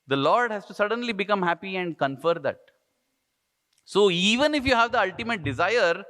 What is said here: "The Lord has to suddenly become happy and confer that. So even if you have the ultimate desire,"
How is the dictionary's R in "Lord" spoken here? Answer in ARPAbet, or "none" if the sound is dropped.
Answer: R